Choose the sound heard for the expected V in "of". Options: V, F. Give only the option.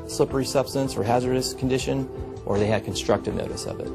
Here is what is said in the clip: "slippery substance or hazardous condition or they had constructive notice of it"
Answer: V